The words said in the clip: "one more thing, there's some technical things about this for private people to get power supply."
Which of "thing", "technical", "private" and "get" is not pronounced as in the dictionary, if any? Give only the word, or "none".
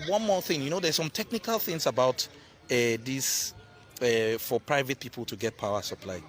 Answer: none